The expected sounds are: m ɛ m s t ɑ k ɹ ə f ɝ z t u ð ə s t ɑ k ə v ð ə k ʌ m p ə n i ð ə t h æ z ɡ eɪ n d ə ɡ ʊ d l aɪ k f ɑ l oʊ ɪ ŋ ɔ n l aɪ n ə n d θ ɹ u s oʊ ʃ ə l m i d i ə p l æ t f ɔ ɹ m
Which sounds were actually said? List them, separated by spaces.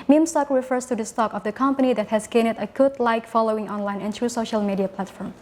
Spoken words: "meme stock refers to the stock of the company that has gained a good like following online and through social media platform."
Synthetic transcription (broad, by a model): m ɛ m s t ɑ k ɹ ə f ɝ s t u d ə s t ɑ k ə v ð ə k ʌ m p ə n i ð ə t h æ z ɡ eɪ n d ə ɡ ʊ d l aɪ k f ɑ l oʊ ɪ ŋ ɔ n l aɪ n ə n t ɹ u s oʊ ʃ ə l m i d i ə p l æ t f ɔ ɹ m